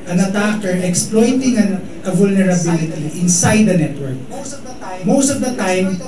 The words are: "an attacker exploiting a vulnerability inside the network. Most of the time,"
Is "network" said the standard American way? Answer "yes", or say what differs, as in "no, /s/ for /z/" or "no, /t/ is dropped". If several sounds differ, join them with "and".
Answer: yes